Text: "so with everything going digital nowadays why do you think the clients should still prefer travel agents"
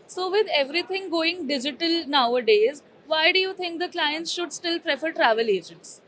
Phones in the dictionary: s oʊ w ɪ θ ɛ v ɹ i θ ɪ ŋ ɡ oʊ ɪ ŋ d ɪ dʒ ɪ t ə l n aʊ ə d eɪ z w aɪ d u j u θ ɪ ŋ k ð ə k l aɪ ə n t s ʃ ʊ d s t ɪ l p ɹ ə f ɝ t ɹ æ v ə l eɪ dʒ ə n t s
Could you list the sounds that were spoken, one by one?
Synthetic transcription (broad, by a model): s oʊ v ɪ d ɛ v ɹ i t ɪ ŋ ɡ oʊ ɪ ŋ d ɪ dʒ ɪ t ə l n aʊ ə d eɪ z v aɪ d u j u t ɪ ŋ k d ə k l aɪ ə n t s ʃ ʊ d s t ɪ l p ɹ ə f ɝ t ɹ æ v ə l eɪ dʒ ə n t s